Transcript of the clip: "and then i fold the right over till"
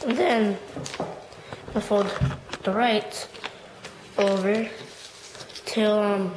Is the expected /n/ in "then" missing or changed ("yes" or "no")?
no